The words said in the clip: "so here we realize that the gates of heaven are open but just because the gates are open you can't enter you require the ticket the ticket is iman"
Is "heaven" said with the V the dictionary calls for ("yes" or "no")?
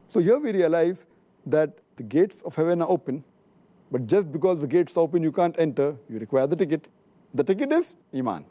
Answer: yes